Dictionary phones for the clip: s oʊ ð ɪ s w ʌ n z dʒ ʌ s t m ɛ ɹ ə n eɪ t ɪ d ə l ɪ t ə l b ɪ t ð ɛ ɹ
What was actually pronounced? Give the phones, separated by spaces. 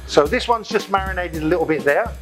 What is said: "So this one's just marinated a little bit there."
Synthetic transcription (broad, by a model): s oʊ ð ɪ s w ʌ n z dʒ ʌ s m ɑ ɹ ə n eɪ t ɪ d ə l ɪ t l b ɪ t ð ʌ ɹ